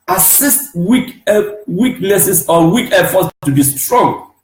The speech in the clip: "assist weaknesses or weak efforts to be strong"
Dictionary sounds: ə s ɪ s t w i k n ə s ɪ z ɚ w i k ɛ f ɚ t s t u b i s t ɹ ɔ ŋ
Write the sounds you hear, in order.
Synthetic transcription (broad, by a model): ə s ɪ s t w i k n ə s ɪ s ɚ w i k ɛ f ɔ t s t u b i s t ɹ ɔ ŋ